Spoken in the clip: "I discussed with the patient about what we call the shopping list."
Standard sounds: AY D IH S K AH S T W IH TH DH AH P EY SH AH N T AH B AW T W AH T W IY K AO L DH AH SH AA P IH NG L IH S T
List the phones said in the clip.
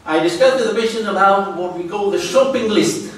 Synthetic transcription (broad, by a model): AY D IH S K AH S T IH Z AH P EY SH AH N AH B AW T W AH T W IY K AO L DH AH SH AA P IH NG L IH S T